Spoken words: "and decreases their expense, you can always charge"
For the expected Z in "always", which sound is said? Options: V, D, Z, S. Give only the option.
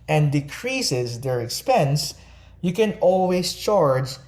S